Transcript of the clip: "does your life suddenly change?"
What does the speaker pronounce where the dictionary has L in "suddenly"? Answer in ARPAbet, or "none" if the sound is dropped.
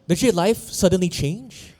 L